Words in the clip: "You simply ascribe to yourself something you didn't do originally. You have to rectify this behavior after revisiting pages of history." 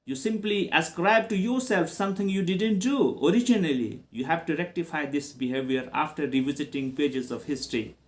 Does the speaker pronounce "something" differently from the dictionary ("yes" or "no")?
yes